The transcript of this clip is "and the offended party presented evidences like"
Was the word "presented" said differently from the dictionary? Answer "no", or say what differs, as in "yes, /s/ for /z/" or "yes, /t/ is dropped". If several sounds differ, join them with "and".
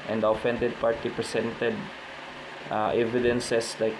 yes, /s/ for /z/